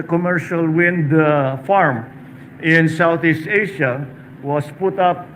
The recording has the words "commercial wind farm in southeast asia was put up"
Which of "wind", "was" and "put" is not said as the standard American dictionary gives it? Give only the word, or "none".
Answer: was